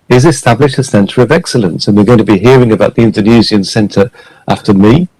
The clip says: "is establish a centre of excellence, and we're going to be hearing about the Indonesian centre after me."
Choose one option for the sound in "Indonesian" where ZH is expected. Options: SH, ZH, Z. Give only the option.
Z